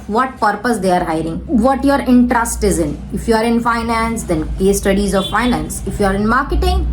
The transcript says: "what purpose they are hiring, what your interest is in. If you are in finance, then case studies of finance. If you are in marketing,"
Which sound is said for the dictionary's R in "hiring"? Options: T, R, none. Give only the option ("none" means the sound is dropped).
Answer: R